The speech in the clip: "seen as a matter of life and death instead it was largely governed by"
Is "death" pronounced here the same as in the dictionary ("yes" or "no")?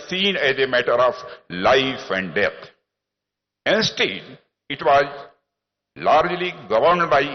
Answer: no